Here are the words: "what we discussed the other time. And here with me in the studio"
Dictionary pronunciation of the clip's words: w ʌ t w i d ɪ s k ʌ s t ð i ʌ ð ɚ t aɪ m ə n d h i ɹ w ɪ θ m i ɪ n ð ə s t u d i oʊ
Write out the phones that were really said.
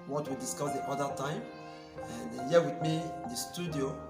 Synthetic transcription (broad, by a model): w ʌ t w i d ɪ s k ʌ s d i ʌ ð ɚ t aɪ m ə n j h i w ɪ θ m i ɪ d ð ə s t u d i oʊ